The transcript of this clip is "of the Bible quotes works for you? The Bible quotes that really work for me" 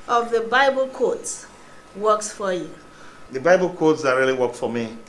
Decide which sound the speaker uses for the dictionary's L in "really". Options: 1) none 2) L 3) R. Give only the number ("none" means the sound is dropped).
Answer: 2